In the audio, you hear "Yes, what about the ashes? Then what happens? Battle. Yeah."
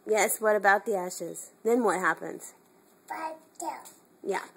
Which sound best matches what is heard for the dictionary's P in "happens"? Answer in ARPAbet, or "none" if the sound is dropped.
P